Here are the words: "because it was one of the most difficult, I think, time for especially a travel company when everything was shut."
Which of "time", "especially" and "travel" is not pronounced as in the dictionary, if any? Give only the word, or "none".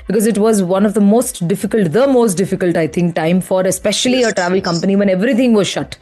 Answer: none